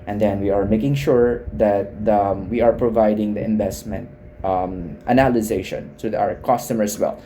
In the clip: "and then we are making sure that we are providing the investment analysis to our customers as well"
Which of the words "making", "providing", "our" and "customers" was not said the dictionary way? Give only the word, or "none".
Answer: customers